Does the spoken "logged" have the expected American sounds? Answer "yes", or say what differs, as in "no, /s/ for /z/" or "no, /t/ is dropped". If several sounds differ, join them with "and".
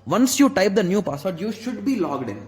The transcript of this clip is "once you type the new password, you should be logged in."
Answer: yes